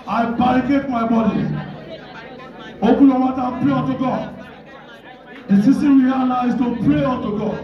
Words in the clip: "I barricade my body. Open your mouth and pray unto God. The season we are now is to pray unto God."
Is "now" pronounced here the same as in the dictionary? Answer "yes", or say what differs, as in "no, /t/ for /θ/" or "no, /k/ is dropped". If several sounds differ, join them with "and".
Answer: no, /l/ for /n/